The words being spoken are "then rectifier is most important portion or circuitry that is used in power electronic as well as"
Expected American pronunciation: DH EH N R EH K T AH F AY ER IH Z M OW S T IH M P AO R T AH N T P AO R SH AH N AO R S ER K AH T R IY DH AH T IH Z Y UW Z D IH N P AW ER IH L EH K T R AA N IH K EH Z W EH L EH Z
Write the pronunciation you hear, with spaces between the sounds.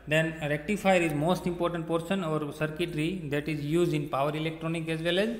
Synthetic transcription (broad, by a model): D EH N R EH K T AH F AY ER IH Z M OW S T IH M P AO R T AH N T P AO R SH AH N AO R S ER K AH T R IY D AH T IH Z Y UW Z D IH N P AW ER IH L EH K T R AA N IH K EH Z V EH L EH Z